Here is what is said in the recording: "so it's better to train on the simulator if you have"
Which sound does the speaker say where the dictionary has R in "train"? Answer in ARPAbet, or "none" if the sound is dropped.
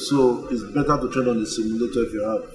none